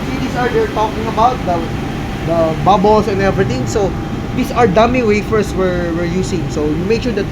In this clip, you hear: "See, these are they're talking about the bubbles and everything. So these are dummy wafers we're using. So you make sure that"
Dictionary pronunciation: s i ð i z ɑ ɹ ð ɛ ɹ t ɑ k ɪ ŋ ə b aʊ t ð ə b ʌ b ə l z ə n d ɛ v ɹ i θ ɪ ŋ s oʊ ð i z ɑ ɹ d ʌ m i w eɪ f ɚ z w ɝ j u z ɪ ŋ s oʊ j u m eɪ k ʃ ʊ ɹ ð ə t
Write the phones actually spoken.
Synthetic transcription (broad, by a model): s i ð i s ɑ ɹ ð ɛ ɹ t ɑ k ɪ ŋ ə b aʊ t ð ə b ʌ b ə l s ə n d ɛ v ɹ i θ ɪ ŋ s oʊ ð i s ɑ ɹ d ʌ m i w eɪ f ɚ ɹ w ɝ j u s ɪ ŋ s oʊ j u m eɪ k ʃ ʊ ɹ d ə t